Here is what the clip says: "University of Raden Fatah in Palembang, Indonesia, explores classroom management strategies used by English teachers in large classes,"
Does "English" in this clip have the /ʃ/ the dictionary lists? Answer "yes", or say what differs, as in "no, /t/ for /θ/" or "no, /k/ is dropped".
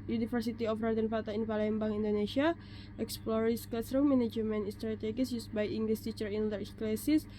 no, /s/ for /ʃ/